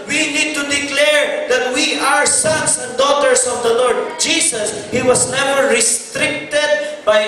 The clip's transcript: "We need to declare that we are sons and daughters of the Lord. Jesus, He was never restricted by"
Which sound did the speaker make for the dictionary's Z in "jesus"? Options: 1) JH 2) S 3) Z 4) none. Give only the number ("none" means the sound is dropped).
2